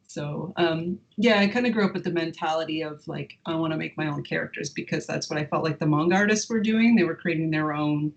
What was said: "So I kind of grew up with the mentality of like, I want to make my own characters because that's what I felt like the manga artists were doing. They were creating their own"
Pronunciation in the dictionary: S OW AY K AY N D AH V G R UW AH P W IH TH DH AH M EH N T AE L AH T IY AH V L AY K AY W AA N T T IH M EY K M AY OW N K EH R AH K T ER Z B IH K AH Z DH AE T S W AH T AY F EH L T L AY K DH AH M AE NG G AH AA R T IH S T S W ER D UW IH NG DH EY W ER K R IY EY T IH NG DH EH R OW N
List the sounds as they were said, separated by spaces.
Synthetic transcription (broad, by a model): S OW AY K AY N D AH G R UW AH P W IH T DH AH M EH N T AE L AH T IY AH V L AY K AY W AA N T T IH M EY K M AY OW N K EH R AH K T ER Z B IH K AH Z DH AE T S W AH T AY F EH L T L AY K DH AH M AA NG G AA R T IH S T S W ER D UW IH NG DH EY W ER K R IY EY T IH NG DH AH R OW N